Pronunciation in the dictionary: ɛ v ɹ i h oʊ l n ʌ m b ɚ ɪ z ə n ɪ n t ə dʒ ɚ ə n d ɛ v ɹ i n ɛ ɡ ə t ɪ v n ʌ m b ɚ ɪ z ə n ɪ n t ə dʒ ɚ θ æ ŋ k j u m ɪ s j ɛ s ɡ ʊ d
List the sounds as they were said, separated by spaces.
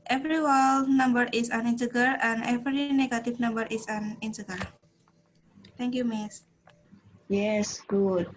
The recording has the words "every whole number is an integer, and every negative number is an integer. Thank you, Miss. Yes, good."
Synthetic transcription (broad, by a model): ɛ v ɹ i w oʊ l n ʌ m b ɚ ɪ s ə n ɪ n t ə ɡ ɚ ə n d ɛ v ɹ i n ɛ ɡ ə t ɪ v n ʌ m b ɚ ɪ s ə n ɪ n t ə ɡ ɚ t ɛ ŋ k j u m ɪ s j ɛ s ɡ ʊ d